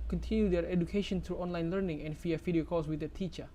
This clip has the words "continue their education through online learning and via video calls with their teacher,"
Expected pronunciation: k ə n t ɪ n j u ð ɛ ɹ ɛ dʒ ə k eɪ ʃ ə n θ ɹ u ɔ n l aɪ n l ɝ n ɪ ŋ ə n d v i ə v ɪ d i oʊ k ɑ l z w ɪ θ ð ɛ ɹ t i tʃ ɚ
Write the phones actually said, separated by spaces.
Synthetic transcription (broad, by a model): k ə n t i n j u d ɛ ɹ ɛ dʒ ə k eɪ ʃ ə n t ɹ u ɔ n l aɪ n l ɝ n ɪ ŋ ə n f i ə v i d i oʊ k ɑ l s w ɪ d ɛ t i tʃ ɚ